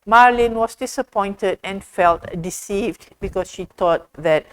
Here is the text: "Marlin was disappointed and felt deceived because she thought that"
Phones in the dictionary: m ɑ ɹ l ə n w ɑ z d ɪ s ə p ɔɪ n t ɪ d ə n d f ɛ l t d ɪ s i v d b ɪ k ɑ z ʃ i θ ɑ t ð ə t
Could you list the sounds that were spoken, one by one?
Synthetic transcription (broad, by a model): m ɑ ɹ l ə n w ɑ s d ɪ s ə p ɔɪ n t ɪ d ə n f ɛ l t d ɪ s i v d b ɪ k ɑ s ʃ i t ɑ t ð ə t